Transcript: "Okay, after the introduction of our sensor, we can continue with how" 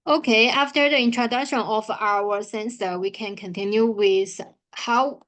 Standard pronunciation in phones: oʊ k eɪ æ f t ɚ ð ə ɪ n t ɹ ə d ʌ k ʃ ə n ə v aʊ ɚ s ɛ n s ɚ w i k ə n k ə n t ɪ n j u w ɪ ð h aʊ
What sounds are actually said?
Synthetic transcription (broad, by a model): oʊ k eɪ æ f t ɚ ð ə ɪ n t ɹ ə d ʌ k ʃ ə n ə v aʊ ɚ s ɛ n s ɚ w i k ə n k ə n t ɪ n j u w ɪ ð h aʊ